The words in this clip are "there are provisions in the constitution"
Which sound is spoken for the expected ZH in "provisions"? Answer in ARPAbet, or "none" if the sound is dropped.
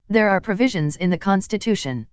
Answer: ZH